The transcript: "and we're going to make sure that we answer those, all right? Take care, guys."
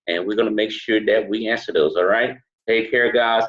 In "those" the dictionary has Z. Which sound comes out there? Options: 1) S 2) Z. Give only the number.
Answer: 2